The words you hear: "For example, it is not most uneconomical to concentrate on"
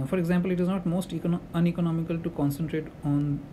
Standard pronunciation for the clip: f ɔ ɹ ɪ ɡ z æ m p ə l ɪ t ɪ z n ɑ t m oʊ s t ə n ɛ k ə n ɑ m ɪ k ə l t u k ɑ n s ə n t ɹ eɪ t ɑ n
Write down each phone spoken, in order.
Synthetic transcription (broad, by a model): f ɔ ɹ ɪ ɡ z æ m p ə l ɪ t ɪ z n ɑ t m oʊ s t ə n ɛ k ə n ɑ m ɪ k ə l t u k ɑ n s ə n t ɹ eɪ t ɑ n